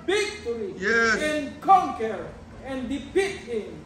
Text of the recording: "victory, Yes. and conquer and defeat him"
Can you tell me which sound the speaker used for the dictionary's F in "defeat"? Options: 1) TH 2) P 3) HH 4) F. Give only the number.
2